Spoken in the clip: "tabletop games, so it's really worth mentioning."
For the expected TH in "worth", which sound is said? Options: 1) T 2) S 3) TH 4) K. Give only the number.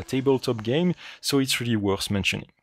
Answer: 2